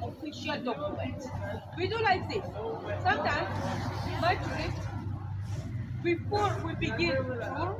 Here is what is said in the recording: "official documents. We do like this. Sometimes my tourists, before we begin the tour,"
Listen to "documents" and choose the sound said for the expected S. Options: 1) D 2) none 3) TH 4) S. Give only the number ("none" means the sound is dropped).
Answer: 2